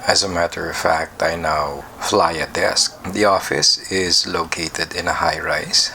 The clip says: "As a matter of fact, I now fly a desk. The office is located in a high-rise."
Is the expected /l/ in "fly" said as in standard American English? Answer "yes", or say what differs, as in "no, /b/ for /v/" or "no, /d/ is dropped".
yes